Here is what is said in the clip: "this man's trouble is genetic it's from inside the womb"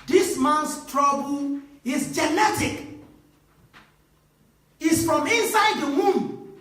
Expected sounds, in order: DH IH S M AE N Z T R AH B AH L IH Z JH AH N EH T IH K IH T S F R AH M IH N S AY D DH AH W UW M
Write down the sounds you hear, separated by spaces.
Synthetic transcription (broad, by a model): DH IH S M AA N S T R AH B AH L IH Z JH AH N EH T IH K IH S F R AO M IH N S AY D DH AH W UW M